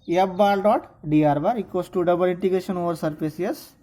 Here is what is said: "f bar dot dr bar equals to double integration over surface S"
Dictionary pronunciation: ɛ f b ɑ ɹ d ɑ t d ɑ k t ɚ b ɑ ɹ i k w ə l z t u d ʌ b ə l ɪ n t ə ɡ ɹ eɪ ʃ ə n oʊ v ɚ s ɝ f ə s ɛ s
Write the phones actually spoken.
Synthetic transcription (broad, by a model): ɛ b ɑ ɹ d ɑ t d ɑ t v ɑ ɹ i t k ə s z t u d ʌ b ə l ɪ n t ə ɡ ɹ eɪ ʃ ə n oʊ v ɚ s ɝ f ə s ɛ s